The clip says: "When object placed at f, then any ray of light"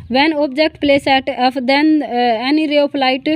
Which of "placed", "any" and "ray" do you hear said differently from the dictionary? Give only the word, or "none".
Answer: placed